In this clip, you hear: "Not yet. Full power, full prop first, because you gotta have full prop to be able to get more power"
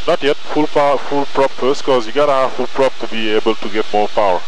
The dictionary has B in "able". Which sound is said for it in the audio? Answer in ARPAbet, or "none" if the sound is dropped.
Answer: B